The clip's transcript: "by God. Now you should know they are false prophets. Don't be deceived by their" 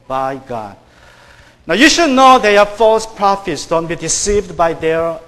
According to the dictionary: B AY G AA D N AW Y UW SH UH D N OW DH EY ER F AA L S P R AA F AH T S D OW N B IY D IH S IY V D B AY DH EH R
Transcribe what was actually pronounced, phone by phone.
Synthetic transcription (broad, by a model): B AY G AA D N AW Y UW SH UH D N OW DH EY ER F AA L S P R AA F AH T S D OW N B IY D IH S IY V D B AY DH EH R